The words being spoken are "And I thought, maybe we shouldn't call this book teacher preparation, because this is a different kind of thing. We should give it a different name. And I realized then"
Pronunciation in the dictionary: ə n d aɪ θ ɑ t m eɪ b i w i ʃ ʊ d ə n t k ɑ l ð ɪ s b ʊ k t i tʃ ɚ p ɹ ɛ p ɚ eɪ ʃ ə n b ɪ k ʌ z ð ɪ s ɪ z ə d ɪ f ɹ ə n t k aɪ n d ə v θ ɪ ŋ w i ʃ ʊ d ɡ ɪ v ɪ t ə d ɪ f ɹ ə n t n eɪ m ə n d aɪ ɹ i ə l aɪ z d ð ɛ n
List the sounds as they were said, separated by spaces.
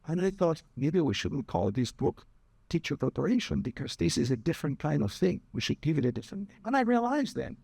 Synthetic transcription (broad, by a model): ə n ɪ θ ɑ t m eɪ b i w i ʃ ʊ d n k ɑ l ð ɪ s b ʊ k t i tʃ ɚ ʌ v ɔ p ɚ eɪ ʃ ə n b ɪ k ʌ z ð ɪ s ɪ z ə d ɪ f ɹ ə n k aɪ n d ə v θ ɪ ŋ w i ʃ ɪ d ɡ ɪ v ɪ t ə d ɪ f ɹ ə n n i ə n aɪ ɹ i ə l aɪ z ð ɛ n